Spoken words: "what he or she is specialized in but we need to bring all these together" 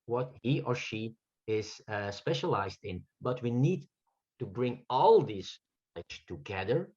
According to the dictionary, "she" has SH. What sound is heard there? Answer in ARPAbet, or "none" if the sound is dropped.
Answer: SH